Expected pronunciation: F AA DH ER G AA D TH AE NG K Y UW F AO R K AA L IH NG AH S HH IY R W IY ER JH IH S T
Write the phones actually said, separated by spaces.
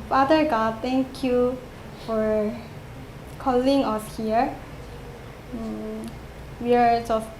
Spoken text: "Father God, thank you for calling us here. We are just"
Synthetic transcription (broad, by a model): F AA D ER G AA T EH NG K Y UW F AO R K AA L IH NG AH S HH IY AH W IY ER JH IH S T